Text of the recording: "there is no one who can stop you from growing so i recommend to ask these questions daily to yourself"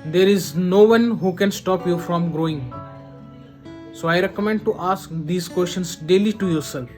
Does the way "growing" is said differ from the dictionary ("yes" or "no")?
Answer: no